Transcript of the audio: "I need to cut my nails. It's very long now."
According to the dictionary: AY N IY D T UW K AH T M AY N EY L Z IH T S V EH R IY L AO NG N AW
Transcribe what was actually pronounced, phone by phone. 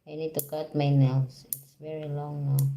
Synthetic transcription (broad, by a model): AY N IY D T UW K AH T M AY N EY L S IH T S V EH R IY L AO NG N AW